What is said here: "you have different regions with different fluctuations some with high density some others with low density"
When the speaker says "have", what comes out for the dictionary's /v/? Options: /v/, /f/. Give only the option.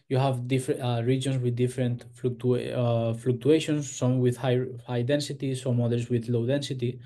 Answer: /v/